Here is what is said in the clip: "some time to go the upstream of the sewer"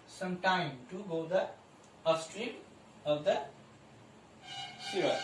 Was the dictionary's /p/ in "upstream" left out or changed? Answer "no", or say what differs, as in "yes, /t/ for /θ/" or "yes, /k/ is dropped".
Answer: yes, /p/ is dropped